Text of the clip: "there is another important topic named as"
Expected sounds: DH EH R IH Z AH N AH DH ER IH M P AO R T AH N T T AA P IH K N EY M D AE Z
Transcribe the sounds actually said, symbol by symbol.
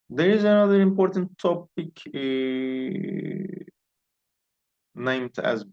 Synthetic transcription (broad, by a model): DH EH R IH Z AH N AH DH ER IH M P AO R T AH N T T AA P IH K N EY M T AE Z